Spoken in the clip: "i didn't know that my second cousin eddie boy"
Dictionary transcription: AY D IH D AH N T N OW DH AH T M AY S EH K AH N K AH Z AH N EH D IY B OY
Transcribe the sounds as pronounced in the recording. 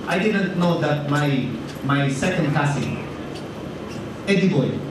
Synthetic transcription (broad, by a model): AY D IH D AH N T N OW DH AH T M AY S EH K AH N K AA S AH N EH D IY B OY